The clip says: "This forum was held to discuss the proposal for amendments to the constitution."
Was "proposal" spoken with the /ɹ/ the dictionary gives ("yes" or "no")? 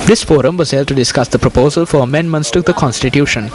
yes